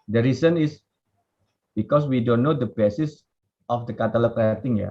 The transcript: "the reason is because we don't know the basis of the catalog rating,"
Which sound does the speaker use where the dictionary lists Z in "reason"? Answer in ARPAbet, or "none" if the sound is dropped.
S